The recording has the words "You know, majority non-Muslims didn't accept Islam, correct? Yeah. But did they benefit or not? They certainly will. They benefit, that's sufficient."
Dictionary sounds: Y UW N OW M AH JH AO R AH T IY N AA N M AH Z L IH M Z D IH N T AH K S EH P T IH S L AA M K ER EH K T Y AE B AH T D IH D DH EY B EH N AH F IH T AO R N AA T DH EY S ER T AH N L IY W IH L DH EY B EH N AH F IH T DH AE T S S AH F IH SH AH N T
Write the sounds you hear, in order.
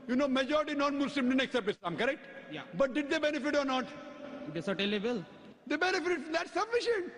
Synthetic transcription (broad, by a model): Y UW N OW M AH JH AO R AH T IY N AA N M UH S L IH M D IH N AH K S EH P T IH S AA M K ER EH K T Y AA B AH T D IH D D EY B EH N AH F IH T AO R N AA T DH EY S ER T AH L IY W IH L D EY B EH N AH F IH T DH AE T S S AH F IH SH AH N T